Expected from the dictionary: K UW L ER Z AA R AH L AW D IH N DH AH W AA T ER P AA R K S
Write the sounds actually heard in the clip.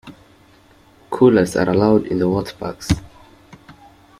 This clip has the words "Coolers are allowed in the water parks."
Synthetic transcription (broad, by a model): K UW L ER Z AA R AH L AW D IH N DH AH W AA T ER B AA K S